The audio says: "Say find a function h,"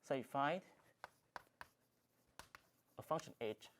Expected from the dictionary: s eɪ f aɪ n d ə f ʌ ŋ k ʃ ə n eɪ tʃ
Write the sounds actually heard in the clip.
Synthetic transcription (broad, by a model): s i f aɪ d ə f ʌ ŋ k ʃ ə n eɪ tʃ